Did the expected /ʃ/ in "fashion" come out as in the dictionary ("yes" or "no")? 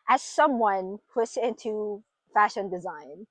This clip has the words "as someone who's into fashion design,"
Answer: yes